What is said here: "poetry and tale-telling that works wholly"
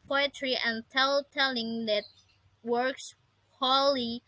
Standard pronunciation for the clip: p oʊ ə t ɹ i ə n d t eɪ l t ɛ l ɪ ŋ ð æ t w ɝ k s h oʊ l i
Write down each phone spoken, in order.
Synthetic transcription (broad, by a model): p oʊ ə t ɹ i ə n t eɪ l t ɛ l ɪ ŋ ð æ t w ɝ k s h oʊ l i